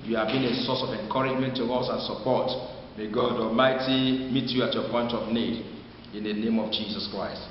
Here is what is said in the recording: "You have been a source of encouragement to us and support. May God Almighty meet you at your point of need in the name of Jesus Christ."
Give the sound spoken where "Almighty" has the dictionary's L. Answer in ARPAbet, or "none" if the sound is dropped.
L